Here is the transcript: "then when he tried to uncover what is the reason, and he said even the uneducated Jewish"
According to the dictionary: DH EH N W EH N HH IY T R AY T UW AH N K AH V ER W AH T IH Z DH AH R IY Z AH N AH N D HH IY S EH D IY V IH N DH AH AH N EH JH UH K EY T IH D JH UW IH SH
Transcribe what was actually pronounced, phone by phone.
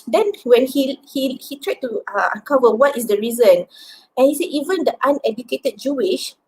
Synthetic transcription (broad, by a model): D EH N W EH N HH IY T R AY T UW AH K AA V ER W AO T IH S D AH R IY Z AH N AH N HH IY S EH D IY V IH N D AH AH N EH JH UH K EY T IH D JH UW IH SH